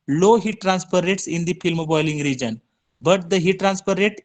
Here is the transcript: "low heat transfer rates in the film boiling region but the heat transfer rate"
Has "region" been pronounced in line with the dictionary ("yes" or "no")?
yes